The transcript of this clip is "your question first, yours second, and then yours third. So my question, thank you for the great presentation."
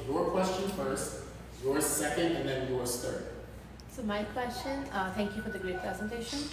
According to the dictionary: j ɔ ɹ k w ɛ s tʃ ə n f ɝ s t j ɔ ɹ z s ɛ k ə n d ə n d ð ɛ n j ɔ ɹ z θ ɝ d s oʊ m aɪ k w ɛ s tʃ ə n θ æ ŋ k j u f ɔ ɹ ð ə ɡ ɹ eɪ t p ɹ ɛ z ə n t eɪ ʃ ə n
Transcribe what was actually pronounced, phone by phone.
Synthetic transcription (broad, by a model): j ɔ ɹ k w ɛ s tʃ ə n f ɝ s t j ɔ ɹ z s ɛ k ə n d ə n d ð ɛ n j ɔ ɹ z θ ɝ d s oʊ m aɪ k w ɛ s tʃ ə n t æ ŋ k j u f ɔ ɹ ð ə ɡ ɹ eɪ t p ɹ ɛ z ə n t eɪ ʃ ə n